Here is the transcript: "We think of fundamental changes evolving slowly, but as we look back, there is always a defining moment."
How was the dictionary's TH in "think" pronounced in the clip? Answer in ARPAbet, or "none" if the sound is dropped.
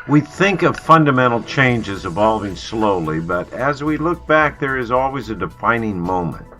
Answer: TH